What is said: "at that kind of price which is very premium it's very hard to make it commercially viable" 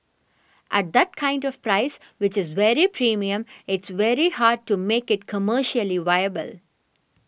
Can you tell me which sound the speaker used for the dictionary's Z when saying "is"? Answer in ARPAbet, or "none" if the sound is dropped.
Z